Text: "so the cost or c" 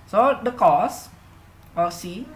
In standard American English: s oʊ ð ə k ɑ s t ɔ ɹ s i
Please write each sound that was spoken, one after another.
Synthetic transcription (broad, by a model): s oʊ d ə k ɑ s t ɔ l s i